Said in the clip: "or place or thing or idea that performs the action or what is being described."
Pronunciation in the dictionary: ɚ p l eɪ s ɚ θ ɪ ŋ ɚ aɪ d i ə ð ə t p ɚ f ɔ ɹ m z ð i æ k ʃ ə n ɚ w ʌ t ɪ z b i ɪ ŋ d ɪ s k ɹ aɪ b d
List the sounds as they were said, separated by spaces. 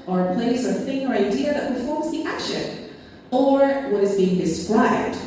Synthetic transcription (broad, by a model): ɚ p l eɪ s ɚ θ ɪ ŋ ɚ aɪ d i ə ð ə t p ɚ f ɔ ɹ m z ð i æ k ʃ ə n ɚ w ʌ t ɪ z b i ɪ ŋ d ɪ s k ɹ aɪ b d